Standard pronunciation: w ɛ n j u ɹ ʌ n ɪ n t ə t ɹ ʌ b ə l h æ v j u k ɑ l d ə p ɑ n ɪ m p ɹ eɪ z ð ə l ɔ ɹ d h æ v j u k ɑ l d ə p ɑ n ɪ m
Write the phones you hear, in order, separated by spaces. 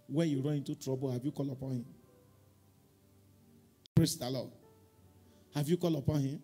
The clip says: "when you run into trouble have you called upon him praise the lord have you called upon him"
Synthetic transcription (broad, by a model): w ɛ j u ɹ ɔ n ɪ t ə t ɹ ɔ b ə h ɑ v j u k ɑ l ə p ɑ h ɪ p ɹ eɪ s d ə l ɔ h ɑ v j u k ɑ l ə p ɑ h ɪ